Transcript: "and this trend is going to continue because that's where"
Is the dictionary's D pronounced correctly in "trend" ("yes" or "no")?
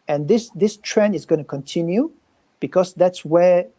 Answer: no